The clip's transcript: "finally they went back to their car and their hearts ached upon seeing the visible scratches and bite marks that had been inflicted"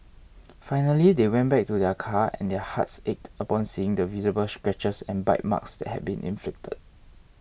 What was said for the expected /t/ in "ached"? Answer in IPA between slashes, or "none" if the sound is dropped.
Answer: /t/